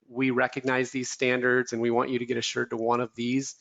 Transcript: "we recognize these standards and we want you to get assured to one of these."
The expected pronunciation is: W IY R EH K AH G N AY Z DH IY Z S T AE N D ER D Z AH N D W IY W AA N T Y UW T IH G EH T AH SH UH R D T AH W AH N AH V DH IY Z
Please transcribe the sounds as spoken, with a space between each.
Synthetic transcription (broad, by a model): W IY R EH K AH G N AY Z DH IY Z S T AE N D ER D Z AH N W IY W AA N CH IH T IH G EH T AH SH UH R D T AH W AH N AH V DH IY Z